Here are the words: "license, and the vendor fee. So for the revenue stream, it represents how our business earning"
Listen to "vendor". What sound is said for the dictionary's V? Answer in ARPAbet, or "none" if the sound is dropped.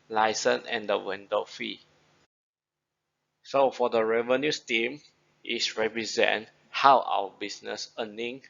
W